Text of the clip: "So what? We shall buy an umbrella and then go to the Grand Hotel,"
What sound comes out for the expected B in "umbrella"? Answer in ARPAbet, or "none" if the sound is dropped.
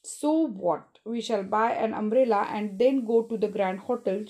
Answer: none